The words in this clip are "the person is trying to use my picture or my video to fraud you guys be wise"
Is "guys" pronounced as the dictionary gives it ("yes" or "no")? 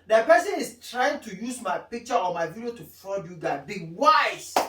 no